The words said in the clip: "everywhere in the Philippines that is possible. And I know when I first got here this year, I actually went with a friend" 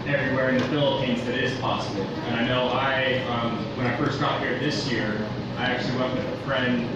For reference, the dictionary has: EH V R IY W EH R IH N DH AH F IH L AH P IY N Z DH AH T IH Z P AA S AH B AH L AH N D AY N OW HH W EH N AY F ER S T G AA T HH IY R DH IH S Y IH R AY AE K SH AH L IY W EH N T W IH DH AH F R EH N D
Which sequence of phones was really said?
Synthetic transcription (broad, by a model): EH V R IY W EH R IH N DH AH F IH L AH P IY N Z DH AH T IH Z P AA S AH B L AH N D AY N OW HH W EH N AY F ER S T G AA T HH IY R DH IH S Y IH R AY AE K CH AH L IY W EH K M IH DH AH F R EH N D